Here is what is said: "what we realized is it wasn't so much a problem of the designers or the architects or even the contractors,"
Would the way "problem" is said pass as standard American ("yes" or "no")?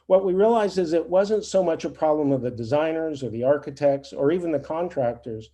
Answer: yes